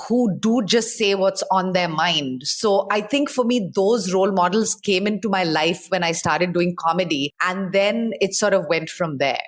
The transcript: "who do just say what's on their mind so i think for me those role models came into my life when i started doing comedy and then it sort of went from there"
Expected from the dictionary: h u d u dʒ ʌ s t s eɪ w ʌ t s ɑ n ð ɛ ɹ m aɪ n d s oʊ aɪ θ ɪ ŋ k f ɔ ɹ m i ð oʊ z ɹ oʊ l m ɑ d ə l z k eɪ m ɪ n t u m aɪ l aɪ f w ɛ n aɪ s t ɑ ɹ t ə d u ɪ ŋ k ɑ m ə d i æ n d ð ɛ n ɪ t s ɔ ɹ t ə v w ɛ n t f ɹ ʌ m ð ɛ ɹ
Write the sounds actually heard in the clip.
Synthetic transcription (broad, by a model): h u d u dʒ ʌ s t s eɪ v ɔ t s ɑ n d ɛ ɹ m aɪ n d s oʊ aɪ t ɪ ŋ k f ɔ ɹ m i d oʊ z ɹ oʊ l m ɑ d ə l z k eɪ m ɪ n t u m aɪ l aɪ f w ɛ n aɪ s t ɑ ɹ t ə d u ɪ ŋ k ɑ m ə d i æ n d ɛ n ɪ t s ɔ ɹ t ə v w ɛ n t f ɹ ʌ m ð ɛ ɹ